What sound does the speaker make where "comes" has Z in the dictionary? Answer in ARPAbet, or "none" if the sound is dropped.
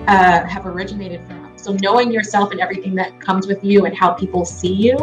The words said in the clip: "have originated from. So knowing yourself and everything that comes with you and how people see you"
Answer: Z